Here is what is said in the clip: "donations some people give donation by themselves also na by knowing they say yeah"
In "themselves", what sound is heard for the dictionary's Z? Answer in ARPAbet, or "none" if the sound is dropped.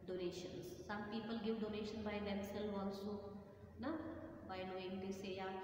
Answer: none